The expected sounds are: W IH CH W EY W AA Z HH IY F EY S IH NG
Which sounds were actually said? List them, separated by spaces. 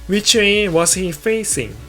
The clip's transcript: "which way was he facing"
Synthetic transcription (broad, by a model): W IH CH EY W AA S HH IY F EY S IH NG